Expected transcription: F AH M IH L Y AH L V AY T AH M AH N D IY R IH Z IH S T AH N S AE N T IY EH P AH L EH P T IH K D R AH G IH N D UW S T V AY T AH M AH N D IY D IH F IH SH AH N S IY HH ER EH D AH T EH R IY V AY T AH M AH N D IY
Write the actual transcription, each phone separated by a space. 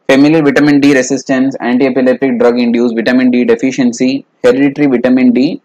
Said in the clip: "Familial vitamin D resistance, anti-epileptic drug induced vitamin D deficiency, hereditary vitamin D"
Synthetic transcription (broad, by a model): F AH M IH L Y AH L V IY T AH M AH N D IY R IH S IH S T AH N S AE N T IY EH P AH L EH P T IH K D R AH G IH N D UW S V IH T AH M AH N D IY D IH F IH SH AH N S IY HH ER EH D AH T R IY V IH T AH M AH N D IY